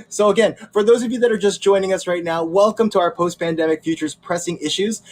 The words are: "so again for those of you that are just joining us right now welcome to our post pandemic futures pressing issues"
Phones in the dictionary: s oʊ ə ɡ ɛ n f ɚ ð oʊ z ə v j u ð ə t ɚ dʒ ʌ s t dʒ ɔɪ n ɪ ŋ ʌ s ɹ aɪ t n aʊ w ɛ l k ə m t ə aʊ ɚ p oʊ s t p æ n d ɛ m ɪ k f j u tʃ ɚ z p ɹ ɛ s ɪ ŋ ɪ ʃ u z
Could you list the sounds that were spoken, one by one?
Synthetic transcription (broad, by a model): s oʊ ə ɡ ɛ n f ɚ ð oʊ z ə v j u ð ə t ɚ dʒ ʌ s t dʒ ɔɪ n ɪ ŋ ʌ s ɹ aɪ t n aʊ w ɛ l k ə m t ə aʊ ɚ p oʊ s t p æ n d ɛ m ɪ k f j u tʃ ɚ z p ɹ ɛ s ɪ ŋ ɪ ʃ u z